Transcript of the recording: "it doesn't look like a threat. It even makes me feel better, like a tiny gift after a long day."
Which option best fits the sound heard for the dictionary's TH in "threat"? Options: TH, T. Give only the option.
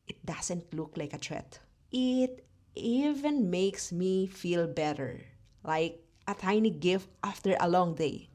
T